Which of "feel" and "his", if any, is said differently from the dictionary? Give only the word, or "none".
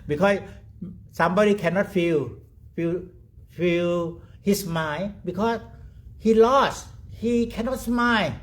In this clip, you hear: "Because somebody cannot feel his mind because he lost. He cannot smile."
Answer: his